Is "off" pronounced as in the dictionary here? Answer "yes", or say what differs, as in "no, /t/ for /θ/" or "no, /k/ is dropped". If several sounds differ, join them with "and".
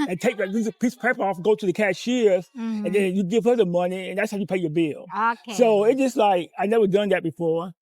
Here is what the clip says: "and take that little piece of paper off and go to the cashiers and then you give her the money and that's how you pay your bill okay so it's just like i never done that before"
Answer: yes